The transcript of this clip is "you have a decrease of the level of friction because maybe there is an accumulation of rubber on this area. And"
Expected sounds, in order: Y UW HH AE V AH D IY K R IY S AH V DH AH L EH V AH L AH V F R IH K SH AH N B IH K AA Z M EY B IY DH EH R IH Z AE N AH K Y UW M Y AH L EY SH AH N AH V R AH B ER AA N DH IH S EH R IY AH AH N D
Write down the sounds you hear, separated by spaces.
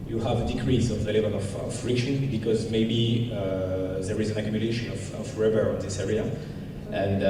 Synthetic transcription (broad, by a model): Y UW HH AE V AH D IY K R IY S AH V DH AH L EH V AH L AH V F R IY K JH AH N B IH K AA Z M EY B IY DH EH R IH Z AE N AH K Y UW M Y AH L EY SH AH N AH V R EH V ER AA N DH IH S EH R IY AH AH N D